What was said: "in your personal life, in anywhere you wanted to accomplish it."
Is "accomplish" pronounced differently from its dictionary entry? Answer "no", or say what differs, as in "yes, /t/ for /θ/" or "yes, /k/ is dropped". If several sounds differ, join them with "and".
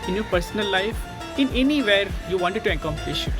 yes, /l/ is dropped